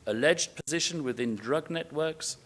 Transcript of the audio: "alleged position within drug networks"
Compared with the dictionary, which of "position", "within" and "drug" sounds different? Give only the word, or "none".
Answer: none